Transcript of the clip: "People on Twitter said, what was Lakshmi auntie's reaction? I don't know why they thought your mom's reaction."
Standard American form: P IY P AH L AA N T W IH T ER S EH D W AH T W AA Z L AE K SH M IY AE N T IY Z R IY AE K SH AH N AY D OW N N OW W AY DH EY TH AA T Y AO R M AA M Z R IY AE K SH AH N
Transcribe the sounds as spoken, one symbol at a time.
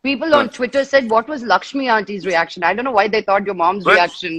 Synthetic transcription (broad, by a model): P IY P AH L AA N T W IH T ER S EH D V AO T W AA Z L AE K SH M IY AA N T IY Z R IY AE K SH AH N AY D OW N N OW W AY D EY T AA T Y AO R M AA M Z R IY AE K SH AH N